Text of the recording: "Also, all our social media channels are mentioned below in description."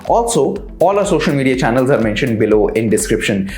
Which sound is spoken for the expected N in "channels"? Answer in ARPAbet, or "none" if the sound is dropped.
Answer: N